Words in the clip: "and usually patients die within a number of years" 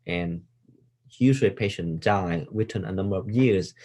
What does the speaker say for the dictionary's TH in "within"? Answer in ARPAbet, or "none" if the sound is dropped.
T